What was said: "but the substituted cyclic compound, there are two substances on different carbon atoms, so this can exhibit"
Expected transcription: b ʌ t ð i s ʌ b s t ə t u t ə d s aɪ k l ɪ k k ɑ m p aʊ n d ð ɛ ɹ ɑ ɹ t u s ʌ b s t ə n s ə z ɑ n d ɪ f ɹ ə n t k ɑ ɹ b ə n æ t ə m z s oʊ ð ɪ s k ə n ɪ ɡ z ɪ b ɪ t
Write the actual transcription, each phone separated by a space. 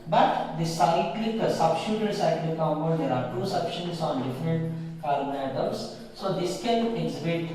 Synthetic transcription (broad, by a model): b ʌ t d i s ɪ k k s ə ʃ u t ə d s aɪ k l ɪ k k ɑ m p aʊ d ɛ ɹ ɑ ɹ t u s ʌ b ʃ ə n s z ɑ n d ɪ f ɹ ə n t k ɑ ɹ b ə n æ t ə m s s oʊ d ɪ s k ə n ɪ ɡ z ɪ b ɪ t